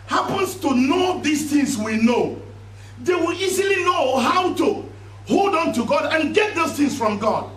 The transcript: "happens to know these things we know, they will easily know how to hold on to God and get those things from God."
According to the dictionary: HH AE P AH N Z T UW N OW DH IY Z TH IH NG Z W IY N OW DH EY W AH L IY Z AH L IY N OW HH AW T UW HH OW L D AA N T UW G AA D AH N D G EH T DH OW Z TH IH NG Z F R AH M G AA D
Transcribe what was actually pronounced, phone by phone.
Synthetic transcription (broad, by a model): HH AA P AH N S T UW N OW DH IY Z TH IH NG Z W IY N OW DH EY W AH L IY Z AH L IY N OW HH AW T UW HH OW L D AA N T UW G AA D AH N G EH T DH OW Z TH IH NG S F R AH M G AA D